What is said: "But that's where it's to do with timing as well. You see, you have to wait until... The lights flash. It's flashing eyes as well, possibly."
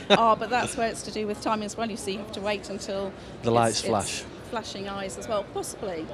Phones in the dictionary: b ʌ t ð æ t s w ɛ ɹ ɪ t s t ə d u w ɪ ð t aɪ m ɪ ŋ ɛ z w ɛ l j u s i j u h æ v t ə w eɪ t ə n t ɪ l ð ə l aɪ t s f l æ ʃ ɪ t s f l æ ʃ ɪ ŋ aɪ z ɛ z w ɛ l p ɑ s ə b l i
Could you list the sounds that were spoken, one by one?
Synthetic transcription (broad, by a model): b ʌ t ð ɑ t s w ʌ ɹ ɪ t s t ə d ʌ w ɪ ð t aɪ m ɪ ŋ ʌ z w ɛ l j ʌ s i j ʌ h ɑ f t ə w eɪ t ə n t ɪ l ð ə l aɪ t s f l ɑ ʃ f l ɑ ʃ ɪ ŋ aɪ z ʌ z w ɛ l p ɑ s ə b l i